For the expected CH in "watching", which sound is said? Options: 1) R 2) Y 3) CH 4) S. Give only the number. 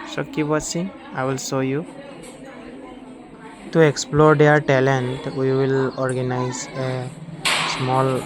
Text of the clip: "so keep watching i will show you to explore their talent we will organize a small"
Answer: 4